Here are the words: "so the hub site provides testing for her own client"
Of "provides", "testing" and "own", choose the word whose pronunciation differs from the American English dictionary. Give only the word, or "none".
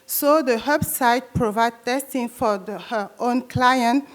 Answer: provides